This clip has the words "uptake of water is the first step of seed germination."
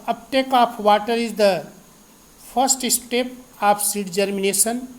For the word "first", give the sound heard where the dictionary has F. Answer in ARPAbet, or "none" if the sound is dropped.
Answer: P